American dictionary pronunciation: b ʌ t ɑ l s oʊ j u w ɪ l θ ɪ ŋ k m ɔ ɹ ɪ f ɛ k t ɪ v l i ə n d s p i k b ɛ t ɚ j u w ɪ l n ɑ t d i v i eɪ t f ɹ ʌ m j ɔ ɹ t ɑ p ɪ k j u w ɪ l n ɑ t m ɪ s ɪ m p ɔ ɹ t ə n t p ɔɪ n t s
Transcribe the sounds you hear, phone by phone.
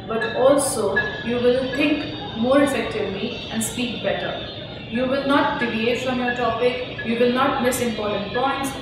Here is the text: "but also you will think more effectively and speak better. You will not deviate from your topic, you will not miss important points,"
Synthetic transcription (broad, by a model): b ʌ t ɑ l s oʊ j u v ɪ l t ɪ ŋ k m ɔ ɹ ɪ f ɛ k t ɪ v l i ə n d s p i k b ɛ t ɚ j u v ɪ l n ɑ t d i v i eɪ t f ɹ ʌ m j ɔ ɹ t ɑ p ɪ k j u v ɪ l n ɑ t m ɪ s ɪ m p ɔ ɹ t ə n t p ɔɪ n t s